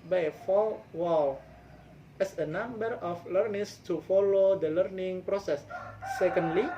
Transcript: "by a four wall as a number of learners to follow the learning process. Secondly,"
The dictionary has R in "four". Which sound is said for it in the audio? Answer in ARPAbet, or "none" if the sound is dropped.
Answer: L